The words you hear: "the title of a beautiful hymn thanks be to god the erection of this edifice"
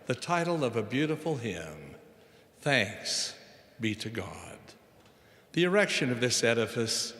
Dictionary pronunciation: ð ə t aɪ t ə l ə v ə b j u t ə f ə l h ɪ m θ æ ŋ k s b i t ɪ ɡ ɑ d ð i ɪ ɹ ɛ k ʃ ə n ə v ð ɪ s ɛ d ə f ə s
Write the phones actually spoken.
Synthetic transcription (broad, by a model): ð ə t aɪ t l ə v ə b j u t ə f l h ɪ m θ æ ŋ k s b i t ɪ ɡ ɑ d ð i ɪ ɹ ɛ k ʃ ə n ə v ð ɪ s ɛ d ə f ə s